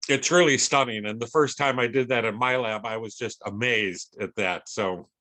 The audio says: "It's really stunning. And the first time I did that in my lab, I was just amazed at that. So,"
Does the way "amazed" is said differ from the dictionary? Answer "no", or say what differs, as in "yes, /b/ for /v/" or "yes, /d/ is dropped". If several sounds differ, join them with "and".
no